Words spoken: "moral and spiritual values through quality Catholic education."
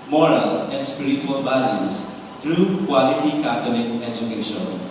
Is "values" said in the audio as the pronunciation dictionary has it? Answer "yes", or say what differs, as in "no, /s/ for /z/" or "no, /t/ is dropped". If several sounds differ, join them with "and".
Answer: no, /b/ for /v/